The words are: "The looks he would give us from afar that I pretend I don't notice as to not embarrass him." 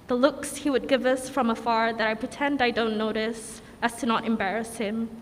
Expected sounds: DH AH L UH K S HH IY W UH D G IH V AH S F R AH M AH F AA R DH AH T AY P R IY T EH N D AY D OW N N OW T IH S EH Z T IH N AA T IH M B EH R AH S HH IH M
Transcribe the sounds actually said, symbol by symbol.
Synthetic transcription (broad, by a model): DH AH L UH K S HH IY W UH D G IH V AH S F R AH M AH F AA R DH AH T AY P R IY T EH N D AY D OW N N OW T IH S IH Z T IH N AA T IH M B EH R AH S HH IH M